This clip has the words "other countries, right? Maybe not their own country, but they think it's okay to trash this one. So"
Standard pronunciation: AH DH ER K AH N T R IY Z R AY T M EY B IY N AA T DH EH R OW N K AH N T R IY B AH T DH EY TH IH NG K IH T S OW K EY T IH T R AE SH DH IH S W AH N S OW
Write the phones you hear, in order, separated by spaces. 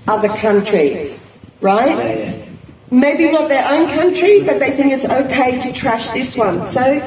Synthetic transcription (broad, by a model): AH DH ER K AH N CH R IY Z R AY T M EY B IY N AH T DH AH R OW N K AH N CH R IY B AH T DH EY TH IH NG K IH T S OW K EY T IH T R AE SH DH IH S W AH N S OW